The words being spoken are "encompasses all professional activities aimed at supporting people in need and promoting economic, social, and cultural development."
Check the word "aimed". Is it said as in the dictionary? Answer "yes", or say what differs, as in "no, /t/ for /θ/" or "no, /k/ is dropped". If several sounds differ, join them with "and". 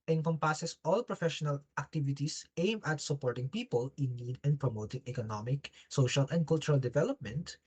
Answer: no, /d/ is dropped